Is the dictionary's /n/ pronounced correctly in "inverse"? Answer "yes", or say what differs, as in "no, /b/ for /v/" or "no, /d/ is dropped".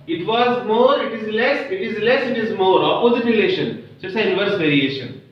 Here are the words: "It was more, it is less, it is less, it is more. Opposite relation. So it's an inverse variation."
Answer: no, /n/ is dropped